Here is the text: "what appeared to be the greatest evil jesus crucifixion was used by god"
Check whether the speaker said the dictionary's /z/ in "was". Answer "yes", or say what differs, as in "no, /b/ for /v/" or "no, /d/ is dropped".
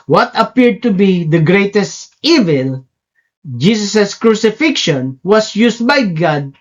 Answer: no, /s/ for /z/